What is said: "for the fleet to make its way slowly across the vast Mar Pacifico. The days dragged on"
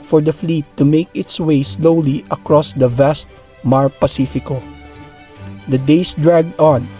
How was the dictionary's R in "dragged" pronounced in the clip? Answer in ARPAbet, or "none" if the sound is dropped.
R